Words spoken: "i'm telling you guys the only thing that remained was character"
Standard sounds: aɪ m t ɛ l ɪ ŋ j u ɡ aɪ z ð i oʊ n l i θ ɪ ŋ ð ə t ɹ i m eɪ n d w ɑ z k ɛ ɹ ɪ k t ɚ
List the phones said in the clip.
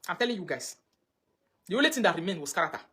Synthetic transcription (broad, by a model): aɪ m t ɛ l ɪ ŋ j u ɡ aɪ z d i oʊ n l i t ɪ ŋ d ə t ɹ i m eɪ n w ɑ s k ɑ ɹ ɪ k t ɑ